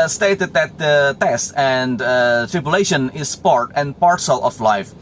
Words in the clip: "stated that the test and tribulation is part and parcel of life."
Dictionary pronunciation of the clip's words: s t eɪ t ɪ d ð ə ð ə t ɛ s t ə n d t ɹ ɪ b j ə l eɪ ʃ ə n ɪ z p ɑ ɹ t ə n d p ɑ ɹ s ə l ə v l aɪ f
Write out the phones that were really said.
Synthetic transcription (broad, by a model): s t eɪ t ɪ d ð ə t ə t ɛ s t ə n d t ɹ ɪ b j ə l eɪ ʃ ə n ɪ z p ɑ ɹ t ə n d p ɑ ɹ s ə l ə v l aɪ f